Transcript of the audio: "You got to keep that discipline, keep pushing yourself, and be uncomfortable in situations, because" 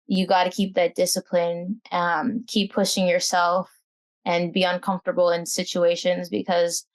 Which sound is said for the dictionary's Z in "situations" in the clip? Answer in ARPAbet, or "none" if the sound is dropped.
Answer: Z